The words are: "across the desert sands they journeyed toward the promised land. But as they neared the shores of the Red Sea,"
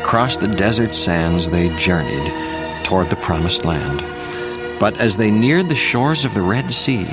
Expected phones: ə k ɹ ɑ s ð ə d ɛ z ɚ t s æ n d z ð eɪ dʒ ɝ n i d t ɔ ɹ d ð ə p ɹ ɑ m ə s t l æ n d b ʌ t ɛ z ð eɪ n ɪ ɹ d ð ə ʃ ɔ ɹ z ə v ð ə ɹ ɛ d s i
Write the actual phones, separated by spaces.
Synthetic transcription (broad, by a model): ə k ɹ ɑ s ð ə d ɛ z ɚ t s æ n z ð eɪ dʒ ɝ n i d t ɔ ɹ d ð ə p ɹ ɑ m ə s t l æ n d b ʌ t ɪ z ð eɪ n ɪ ɹ d ð ə ʃ ɔ ɹ z ə v ð ə ɹ ɛ d s i